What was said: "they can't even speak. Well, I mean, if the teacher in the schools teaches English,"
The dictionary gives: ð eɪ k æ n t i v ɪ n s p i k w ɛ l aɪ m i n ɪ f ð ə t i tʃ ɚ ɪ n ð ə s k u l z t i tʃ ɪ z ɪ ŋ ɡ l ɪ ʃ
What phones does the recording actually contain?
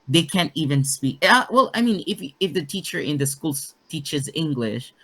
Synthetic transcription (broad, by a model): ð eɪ k æ n t i v ɪ n s p i k w ɛ l aɪ m i n ɪ f ð ə t i tʃ ɚ ɪ n ð ə s k u l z t i tʃ ɪ z ɪ ŋ ɡ l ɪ ʃ